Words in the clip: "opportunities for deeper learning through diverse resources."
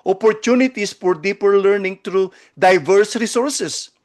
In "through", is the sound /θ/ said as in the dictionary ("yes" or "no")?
no